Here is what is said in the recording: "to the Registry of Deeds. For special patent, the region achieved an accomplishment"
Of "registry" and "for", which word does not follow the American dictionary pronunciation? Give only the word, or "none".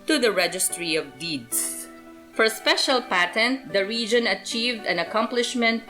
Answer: none